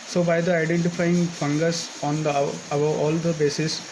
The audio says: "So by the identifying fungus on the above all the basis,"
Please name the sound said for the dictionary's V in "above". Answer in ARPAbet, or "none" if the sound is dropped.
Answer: none